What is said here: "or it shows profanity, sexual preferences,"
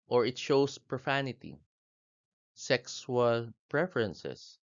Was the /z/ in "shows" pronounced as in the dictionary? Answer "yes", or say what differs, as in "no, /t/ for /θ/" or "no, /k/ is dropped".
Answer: no, /s/ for /z/